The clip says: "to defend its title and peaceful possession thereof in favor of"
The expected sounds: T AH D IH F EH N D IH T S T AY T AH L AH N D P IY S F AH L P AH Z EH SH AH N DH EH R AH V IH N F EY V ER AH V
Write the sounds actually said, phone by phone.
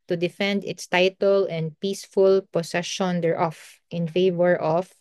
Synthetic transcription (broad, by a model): T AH D IH F EH N D IH T S T AY T AH L AH N D P IY S F AH L P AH S EH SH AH N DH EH R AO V IH N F EY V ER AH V